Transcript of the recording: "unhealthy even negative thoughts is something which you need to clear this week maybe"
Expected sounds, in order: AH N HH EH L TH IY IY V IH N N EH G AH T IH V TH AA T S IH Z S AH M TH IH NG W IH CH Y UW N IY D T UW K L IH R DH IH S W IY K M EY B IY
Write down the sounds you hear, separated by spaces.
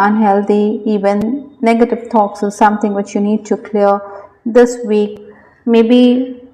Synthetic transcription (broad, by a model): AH N HH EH L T IY IY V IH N N EH G AH T IH V T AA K S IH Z S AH M T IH NG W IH CH Y UW N IY D T UW K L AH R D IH S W IY K M EY B IY